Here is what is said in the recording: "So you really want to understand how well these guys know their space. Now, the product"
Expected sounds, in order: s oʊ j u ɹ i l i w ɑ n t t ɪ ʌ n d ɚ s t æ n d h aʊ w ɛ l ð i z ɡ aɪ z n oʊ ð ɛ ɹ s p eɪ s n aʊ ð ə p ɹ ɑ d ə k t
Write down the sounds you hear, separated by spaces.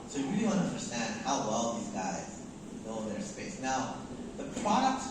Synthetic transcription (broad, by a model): s oʊ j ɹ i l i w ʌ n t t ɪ ʌ n d ɚ s t æ n d h aʊ w ɛ l ð i z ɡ aɪ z l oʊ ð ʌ ɹ s p eɪ s n aʊ ð ə p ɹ ɑ d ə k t